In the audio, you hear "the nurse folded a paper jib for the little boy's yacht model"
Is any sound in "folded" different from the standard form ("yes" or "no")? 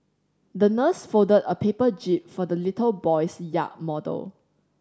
yes